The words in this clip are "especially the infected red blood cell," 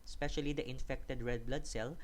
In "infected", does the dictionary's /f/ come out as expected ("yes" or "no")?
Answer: yes